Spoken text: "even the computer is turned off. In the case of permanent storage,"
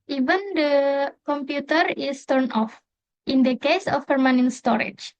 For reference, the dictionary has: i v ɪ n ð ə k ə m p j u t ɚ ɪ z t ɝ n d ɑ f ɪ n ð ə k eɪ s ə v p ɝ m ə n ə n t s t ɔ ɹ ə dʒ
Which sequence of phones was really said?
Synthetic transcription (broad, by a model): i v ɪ n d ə k ə m p j u t ɚ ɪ s t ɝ n ɑ f ɪ n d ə k eɪ s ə f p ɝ m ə n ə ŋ s t ɔ ɹ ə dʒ